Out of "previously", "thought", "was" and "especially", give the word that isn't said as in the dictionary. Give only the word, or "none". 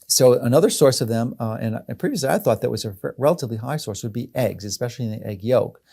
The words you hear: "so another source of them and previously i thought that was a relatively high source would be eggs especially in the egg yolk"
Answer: none